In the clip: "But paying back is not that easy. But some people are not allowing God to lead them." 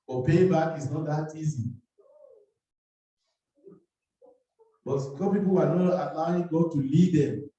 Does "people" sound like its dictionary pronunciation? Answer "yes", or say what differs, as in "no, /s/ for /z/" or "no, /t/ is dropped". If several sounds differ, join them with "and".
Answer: no, /w/ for /l/